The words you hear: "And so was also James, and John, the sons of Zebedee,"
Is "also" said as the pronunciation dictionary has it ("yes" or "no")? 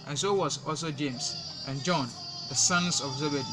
yes